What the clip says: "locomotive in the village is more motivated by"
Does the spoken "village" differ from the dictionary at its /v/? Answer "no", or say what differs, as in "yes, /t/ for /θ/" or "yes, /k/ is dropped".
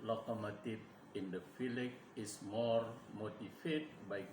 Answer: yes, /f/ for /v/